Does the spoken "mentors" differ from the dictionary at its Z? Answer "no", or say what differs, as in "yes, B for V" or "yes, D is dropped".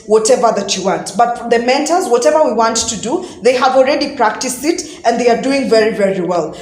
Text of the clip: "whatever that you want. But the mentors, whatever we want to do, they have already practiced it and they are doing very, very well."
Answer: no